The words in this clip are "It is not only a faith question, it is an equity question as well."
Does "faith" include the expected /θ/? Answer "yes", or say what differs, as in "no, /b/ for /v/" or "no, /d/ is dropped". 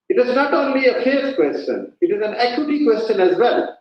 no, /f/ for /θ/